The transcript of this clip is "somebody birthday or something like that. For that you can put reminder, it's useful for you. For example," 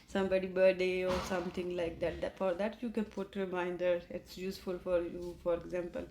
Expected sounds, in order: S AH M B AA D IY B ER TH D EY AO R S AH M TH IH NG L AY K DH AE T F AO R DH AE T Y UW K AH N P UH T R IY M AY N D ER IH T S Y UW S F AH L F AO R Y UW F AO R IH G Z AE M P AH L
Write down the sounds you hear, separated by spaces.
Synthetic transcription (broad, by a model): S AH M B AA D IY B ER D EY AO R S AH M T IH NG L AY K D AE T F AO R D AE T Y UW K AH N P UH T R IY M AY N D ER IH T S Y UW S F AH L F AO R Y UW F AO R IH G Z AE M P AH L